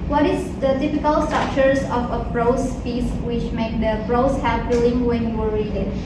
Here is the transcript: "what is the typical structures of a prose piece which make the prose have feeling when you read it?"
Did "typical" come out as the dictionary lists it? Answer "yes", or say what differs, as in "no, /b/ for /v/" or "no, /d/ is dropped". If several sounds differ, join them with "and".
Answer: no, /f/ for /p/